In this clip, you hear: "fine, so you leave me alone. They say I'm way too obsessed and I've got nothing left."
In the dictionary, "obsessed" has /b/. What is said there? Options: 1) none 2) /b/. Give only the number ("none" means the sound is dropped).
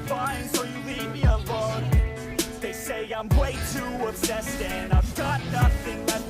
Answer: 1